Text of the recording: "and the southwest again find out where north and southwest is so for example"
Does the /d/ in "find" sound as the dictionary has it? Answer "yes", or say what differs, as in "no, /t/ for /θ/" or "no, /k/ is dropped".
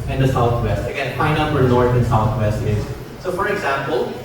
no, /d/ is dropped